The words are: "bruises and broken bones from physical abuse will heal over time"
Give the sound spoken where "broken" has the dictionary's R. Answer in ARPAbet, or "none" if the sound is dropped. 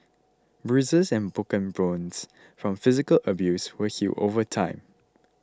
none